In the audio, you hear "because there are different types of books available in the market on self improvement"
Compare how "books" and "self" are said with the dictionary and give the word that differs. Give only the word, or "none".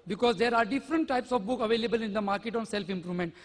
books